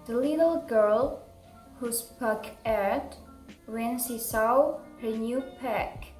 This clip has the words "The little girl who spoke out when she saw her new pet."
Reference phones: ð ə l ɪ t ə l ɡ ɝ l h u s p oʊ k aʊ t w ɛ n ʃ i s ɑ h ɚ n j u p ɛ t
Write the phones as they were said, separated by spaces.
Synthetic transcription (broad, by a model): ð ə l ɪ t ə l ɡ ɝ l h u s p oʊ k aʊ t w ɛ n s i s ɑ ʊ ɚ n j u p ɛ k